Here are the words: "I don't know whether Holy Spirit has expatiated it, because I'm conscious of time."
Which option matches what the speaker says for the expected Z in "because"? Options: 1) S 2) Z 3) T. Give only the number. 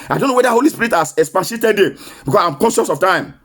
1